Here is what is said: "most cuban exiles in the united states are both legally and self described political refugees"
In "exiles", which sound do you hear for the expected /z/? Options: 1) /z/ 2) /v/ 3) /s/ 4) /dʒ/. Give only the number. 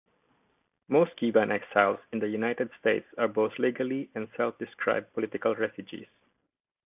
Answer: 3